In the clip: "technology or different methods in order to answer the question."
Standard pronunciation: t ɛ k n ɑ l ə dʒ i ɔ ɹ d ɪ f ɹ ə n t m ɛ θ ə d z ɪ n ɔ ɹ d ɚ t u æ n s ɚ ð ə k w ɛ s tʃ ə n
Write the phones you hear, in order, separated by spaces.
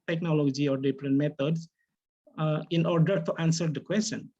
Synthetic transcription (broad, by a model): t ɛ k n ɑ l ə dʒ i ɔ ɹ d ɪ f ɹ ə n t m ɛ t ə d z ɪ n ɔ ɹ d ɚ t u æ n s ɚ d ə k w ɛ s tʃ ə n